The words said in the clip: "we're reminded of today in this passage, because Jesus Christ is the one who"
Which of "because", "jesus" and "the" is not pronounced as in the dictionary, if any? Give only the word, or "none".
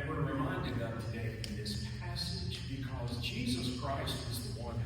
none